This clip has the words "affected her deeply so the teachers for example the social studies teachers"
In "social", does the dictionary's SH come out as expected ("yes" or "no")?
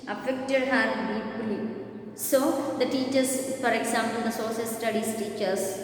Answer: no